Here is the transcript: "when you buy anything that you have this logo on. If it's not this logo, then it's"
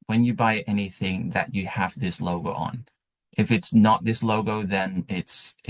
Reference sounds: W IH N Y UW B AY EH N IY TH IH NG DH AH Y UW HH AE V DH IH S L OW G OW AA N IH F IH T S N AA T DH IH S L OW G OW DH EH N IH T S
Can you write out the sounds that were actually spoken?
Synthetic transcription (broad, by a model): W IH N Y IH B AY EH N IY TH IH NG DH AH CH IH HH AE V DH IH S L OW G OW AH N IH F IH T S N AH T DH IH S L OW G OW DH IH N IH T S